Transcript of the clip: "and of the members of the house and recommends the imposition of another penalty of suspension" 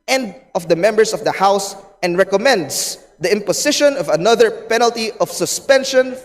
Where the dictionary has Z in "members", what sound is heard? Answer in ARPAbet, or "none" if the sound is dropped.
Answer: S